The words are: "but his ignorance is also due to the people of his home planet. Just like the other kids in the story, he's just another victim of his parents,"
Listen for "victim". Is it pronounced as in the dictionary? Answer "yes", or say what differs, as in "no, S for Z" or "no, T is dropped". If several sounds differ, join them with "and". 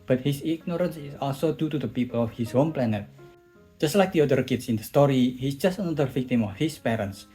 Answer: yes